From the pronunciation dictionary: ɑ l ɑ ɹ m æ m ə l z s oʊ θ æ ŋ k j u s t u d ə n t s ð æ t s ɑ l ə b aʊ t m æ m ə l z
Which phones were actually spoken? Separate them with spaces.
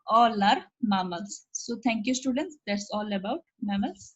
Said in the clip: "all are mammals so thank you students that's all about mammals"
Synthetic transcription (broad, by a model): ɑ l ɑ ɹ m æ m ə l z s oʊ t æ ŋ k j u s t u d ə n t s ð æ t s ɑ l ə b aʊ t m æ m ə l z